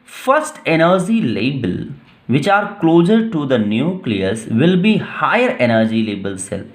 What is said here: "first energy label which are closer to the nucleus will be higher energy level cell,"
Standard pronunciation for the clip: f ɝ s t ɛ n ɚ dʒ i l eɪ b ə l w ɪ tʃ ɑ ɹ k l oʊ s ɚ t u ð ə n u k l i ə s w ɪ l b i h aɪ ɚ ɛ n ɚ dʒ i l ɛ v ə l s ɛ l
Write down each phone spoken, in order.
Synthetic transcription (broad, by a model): f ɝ s t ɛ n ɚ dʒ i l eɪ b ə l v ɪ tʃ ɑ ɹ k l oʊ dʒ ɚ t u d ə n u k l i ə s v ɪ l b i h aɪ ɚ ɛ n ɚ dʒ i l ɛ b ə l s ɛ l